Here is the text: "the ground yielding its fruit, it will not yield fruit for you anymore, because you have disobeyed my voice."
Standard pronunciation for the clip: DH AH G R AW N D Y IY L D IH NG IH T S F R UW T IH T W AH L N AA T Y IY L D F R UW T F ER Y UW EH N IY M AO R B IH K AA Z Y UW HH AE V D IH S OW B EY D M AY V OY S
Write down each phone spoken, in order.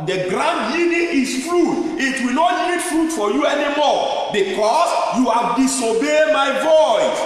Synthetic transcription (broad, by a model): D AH G R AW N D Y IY D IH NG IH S F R UW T IH T W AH N AA T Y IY D F R UW T F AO Y UW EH N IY M AO B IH K AA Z Y UW HH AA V D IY S OW B EY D M AY V OY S